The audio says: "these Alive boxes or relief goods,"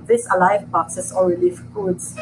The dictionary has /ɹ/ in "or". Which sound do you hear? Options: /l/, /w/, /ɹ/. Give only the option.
/l/